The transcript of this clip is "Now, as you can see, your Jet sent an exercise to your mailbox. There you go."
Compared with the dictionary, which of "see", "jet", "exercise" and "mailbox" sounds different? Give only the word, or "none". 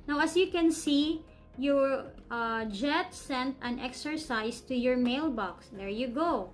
exercise